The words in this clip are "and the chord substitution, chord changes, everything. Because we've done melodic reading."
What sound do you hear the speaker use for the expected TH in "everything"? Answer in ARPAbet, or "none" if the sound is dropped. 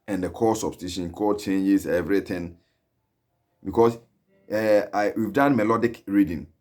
T